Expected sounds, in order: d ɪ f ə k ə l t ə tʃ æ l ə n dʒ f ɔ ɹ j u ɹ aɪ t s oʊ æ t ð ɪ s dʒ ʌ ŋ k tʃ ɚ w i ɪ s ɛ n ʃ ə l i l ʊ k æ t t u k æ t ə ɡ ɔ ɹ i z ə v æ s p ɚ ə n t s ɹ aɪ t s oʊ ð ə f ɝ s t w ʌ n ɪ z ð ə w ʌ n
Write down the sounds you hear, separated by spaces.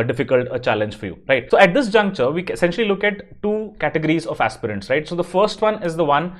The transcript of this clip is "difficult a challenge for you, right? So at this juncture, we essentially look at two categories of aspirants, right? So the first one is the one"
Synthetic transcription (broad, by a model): d ɪ f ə k ə l t ə tʃ æ l ə n dʒ f ɔ ɹ j u ɹ aɪ t s oʊ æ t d ɪ s dʒ ʌ ŋ k tʃ ɚ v i ɪ s ɛ n ʃ ə l i l ʊ k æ t t u k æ t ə ɡ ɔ ɹ i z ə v æ s p ɚ ə n t s ɹ aɪ t s oʊ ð ə f ɝ s t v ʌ n ɪ z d ə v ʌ n